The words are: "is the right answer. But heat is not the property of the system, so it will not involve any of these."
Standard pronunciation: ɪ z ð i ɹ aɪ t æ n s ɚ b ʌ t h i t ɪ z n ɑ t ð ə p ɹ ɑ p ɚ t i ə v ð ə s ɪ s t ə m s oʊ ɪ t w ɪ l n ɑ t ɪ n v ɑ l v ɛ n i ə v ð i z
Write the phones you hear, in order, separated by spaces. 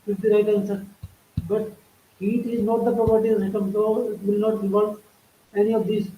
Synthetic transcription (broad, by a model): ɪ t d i ɹ aɪ t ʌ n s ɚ b ʌ t h i t ɪ z n ɑ t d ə p ɹ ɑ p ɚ t i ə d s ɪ t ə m s oʊ ɪ t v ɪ l n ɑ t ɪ v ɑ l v ɛ n i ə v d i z